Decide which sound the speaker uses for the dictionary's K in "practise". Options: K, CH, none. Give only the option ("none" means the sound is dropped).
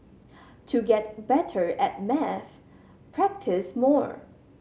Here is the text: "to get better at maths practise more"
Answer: K